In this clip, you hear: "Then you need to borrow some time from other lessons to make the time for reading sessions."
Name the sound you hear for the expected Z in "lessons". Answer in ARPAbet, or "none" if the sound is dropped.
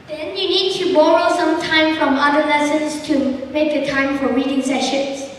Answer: S